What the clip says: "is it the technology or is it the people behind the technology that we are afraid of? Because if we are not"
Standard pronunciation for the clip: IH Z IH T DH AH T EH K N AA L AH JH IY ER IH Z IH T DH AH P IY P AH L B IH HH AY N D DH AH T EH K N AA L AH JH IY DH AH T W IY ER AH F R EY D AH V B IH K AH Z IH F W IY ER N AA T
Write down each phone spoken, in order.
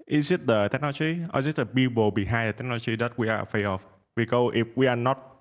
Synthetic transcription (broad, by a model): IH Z IH T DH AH T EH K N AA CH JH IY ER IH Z IH T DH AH B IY B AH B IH HH AY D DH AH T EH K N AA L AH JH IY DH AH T W IY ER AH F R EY AH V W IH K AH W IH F W IY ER N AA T